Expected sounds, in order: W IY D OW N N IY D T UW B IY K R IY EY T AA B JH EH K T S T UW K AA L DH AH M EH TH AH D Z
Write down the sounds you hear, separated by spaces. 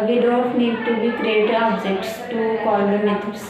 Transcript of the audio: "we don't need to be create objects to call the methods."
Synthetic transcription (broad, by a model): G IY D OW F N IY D T UW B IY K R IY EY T AA B JH EH K T S T UW K AA L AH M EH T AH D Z